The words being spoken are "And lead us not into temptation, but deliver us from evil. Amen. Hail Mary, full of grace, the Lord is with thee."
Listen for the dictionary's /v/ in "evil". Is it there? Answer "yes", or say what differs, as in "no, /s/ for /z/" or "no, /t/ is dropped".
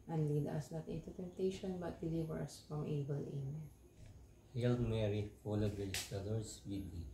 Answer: no, /b/ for /v/